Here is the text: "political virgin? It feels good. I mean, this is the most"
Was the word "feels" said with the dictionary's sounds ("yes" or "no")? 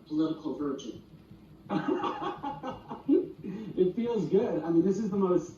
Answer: yes